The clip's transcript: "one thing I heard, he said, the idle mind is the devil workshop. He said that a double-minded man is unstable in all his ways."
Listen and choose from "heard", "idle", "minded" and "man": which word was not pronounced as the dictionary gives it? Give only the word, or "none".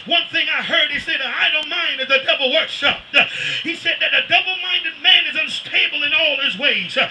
idle